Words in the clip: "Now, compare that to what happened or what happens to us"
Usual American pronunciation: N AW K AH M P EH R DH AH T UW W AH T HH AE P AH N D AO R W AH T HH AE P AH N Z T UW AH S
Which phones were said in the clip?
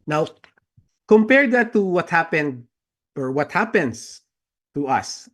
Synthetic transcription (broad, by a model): N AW K AH M P EH R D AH T UW W AH T HH AE P AH N D AO R W AH T HH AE P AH N S T UW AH S